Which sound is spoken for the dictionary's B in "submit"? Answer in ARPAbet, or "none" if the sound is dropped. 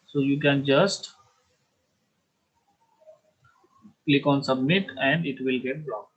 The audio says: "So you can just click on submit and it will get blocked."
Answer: B